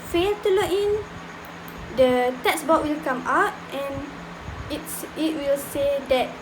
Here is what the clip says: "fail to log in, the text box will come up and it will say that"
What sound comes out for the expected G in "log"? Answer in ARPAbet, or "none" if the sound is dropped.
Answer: none